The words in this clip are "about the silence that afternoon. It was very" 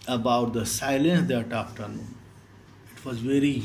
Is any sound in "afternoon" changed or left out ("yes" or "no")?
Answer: yes